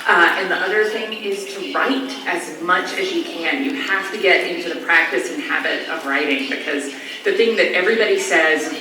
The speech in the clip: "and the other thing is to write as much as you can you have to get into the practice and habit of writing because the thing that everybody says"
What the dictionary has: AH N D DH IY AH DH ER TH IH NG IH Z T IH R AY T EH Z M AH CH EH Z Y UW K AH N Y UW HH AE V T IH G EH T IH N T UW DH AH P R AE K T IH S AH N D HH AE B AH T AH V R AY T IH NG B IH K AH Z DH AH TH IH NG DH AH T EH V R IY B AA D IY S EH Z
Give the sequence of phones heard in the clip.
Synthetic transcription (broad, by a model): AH N DH IY AH DH ER TH IH NG IH Z T IH R AY T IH Z M AH CH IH Z Y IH K AH N Y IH HH AE F T IH G EH T IH N T UW DH AH P R AE K T IH S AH N HH AE B AH T AH V R AY T IH NG B IH K AH Z DH AH TH IH NG DH AH T EH V R IY B AA D IY S EH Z